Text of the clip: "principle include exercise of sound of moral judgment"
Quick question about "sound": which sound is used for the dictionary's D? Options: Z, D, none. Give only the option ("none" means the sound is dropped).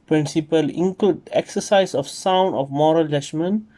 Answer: D